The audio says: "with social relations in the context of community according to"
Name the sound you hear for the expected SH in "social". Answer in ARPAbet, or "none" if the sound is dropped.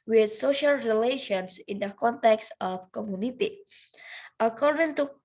SH